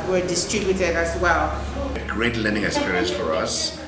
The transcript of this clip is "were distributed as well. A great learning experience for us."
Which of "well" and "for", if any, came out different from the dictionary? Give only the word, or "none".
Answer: none